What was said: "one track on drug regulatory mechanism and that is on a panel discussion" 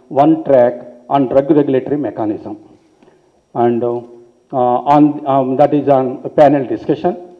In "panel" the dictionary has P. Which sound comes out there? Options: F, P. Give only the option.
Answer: P